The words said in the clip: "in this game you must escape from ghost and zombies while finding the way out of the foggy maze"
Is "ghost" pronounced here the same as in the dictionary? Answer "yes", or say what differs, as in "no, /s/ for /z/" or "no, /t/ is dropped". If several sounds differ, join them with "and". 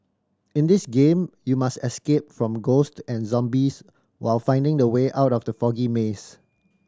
yes